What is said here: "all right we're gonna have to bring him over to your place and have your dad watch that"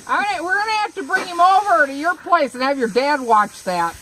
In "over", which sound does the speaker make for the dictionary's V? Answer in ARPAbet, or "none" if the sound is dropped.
V